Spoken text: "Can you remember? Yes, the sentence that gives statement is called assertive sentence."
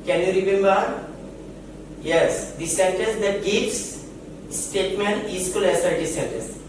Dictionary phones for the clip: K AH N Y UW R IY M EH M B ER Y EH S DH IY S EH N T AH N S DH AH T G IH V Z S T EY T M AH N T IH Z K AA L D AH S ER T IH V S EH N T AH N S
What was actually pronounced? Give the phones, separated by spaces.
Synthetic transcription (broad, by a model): K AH N Y UW R IY M EH M B ER Y EH S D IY S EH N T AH S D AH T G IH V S S T EY T M AH N T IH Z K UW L AH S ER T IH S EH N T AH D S